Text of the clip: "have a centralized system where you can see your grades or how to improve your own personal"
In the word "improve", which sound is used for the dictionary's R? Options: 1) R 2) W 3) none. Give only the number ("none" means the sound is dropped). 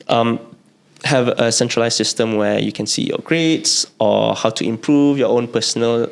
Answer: 1